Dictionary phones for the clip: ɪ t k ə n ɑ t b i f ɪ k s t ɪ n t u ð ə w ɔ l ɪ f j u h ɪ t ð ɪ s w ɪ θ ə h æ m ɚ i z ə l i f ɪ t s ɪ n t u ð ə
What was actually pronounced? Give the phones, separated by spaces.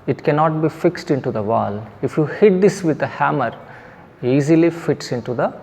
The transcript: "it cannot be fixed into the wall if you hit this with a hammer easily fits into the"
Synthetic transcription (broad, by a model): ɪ t k ə n ɑ t b i f ɪ k s t ɪ n t u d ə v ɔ l ɪ f j u h ɪ t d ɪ s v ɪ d ə h æ m ɚ i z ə l i f ɪ t s ɪ n t u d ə